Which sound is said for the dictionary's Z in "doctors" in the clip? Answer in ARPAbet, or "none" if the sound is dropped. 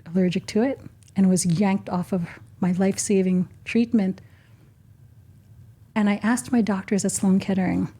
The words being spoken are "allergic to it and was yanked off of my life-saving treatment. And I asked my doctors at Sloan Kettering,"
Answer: Z